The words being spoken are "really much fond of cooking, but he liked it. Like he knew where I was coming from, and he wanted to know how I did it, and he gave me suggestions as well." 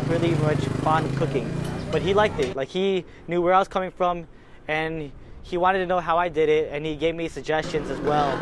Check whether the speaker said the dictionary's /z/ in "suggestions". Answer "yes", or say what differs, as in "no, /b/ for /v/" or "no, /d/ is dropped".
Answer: yes